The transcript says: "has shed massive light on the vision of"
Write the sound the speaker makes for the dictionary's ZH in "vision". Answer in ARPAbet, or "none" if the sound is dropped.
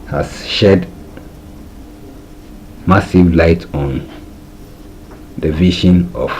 SH